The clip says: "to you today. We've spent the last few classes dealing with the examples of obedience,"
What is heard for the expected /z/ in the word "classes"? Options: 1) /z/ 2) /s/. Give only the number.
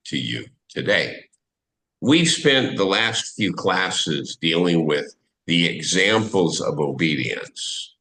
1